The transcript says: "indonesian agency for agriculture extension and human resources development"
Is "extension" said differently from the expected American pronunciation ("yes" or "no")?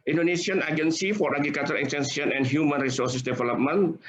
yes